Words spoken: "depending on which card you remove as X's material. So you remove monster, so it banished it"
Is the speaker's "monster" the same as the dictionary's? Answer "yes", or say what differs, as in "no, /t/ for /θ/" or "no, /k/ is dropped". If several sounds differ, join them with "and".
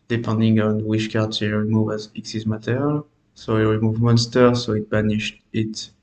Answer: yes